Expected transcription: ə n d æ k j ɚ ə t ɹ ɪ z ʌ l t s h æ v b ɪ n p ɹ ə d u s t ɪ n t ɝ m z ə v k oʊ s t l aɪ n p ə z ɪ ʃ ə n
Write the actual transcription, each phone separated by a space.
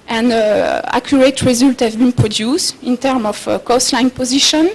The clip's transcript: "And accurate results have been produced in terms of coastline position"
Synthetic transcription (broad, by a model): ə n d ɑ k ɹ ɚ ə t ɹ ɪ z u l t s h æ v b ɪ n p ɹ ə d u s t ɪ n t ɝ m ə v k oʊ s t l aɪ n p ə z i ʃ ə n